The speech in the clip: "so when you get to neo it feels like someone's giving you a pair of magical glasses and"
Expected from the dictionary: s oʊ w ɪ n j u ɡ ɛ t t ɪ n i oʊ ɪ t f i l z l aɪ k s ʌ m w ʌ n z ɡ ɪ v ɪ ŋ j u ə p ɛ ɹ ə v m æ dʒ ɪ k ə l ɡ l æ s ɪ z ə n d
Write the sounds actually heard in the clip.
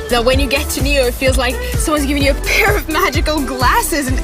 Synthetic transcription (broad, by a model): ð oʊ w ɪ n j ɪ ɡ ɛ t t ɪ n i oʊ ɪ t f i l z l aɪ k s ʌ m w ʌ n z ɡ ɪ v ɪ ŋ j ə p ɛ ɹ ə v m æ dʒ ɪ k ə l ɡ l æ s ɪ z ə n